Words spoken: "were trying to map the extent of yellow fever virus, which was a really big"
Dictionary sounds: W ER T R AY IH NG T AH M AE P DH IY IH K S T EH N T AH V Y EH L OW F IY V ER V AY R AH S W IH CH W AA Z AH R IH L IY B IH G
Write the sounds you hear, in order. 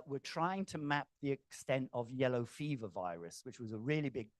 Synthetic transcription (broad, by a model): W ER T R AY IH NG T AH M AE P DH IY IH K S T EH N T AH V Y EH L OW F IY V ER V AY R AH S W IH CH W AA Z AH R IH L IY B IH G